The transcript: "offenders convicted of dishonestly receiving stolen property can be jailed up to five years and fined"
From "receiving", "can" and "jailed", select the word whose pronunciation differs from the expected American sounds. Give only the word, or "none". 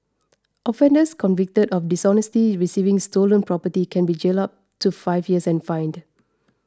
jailed